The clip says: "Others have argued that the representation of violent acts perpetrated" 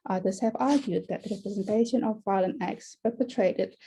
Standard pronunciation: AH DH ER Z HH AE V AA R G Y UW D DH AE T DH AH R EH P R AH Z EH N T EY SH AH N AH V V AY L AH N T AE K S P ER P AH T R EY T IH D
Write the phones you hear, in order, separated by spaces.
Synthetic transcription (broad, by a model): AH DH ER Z HH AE V AA R G Y UW D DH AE T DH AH R EH P R AH Z EH N T EY SH AH N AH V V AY L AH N AE K S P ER P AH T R EY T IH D